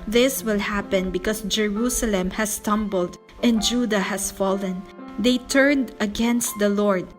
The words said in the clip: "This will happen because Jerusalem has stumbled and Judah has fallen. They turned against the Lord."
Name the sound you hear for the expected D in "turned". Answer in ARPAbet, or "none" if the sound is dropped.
D